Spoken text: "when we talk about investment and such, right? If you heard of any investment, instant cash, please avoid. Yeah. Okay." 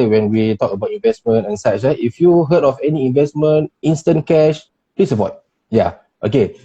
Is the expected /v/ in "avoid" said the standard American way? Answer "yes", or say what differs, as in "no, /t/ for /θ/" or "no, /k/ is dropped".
no, /p/ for /v/